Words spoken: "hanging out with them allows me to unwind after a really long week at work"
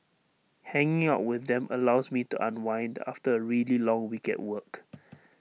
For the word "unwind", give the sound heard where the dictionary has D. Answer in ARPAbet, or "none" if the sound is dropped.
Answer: D